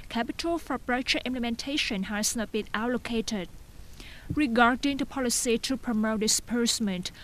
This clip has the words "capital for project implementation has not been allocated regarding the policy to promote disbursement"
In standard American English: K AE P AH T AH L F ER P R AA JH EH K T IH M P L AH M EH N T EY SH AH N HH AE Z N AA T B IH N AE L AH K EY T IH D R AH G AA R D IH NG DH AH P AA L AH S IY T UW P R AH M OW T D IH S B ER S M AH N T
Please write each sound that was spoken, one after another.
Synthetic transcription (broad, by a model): K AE P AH T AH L F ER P R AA CH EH T IH M P L AH M EH N T EY SH AH N HH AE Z N AA T B IH N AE L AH K EY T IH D R AH G AA R D IH NG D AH P AA L AH S IY T UW P R AH M OW T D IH S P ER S M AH N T